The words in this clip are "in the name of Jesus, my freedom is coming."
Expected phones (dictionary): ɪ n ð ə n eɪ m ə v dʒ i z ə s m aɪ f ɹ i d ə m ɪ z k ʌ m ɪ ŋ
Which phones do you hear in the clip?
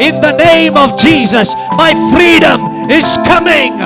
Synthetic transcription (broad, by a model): ɪ n ð ə n eɪ m ə v dʒ i z ə s m aɪ f ɹ i d ə m ɪ z k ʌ m ɪ ŋ